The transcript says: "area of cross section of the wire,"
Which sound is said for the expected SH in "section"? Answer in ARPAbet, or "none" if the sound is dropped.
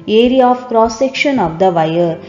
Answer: SH